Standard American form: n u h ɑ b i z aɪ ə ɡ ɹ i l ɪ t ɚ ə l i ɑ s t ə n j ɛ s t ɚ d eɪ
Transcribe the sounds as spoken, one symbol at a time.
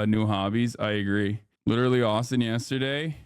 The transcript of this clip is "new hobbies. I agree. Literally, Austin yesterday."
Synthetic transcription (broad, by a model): n u h ɑ b i z aɪ ə ɡ ɹ i l ɪ t ɚ l i ɑ s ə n j ɛ s t ɚ d eɪ